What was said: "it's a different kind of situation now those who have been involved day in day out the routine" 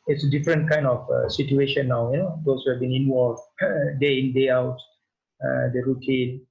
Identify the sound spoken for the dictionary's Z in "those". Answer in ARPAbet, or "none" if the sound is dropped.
S